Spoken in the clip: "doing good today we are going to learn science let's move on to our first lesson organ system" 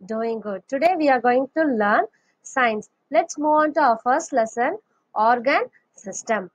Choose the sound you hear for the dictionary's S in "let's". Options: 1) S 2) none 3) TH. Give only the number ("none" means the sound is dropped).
1